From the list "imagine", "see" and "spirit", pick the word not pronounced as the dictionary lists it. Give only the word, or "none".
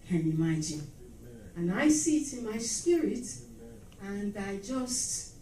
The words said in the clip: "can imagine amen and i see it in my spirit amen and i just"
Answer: imagine